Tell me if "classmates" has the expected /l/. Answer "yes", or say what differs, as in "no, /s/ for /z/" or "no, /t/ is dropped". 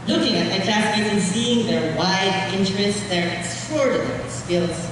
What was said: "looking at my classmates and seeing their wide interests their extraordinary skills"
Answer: no, /l/ is dropped